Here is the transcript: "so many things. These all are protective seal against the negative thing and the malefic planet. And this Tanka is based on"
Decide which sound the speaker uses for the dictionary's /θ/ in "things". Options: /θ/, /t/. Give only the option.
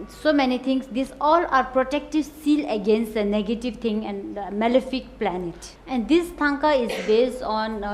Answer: /t/